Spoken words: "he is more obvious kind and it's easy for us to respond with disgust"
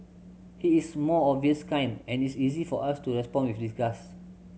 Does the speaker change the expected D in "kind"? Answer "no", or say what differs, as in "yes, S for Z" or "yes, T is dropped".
yes, D is dropped